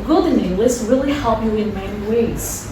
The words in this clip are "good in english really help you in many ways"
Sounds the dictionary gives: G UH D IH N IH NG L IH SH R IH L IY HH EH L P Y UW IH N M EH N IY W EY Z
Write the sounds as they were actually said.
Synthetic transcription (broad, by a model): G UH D IH N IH L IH S R IH L IY HH EH L P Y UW IH N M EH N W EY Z